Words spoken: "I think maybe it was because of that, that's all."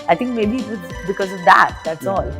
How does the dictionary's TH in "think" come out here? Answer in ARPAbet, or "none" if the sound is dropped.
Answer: T